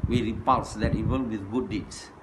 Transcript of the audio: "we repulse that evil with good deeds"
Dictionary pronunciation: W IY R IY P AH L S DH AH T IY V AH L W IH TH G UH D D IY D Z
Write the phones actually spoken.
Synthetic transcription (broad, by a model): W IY R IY P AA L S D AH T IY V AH N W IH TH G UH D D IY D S